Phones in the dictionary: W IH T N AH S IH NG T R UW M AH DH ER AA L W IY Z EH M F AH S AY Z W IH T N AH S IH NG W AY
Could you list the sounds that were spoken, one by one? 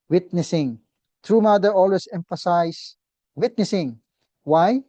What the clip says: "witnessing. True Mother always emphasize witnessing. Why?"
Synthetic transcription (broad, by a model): W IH T N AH S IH NG T R UW M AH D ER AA L W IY S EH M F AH S AY S W IH T N AH S IH NG W AY